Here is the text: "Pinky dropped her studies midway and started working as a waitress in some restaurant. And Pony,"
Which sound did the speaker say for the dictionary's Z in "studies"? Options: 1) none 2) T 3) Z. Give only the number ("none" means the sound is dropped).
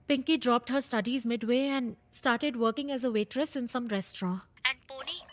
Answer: 3